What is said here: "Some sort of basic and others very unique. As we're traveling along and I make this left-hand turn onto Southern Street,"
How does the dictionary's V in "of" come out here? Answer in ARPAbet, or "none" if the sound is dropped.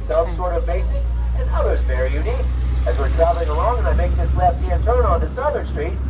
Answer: V